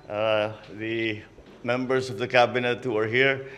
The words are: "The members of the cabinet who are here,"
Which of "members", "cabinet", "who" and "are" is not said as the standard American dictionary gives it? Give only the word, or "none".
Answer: members